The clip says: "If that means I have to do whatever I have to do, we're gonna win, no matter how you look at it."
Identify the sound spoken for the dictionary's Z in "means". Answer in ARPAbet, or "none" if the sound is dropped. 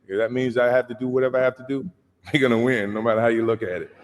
Z